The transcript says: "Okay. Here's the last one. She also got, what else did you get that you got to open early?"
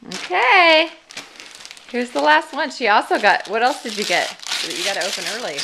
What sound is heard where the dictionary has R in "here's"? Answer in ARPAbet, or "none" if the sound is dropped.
W